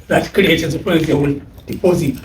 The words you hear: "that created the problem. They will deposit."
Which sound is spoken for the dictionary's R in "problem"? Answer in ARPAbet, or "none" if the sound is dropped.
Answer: none